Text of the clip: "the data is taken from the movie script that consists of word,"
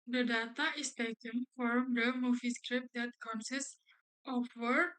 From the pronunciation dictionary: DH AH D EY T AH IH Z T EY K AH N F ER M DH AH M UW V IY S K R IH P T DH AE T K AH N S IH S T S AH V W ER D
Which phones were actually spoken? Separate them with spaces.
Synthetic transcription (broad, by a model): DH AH D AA T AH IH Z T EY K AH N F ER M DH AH M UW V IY S K R IH P T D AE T K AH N S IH S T AH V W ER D